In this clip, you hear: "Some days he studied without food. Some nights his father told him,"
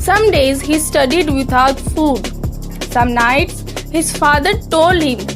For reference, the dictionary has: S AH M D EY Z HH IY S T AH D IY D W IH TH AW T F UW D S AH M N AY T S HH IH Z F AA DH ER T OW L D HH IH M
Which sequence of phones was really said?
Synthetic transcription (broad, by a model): S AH M D EY Z HH IY S T AH D IY D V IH T AW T F UW D S AH M N AY T S HH IH Z F AA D ER T OW L D HH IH M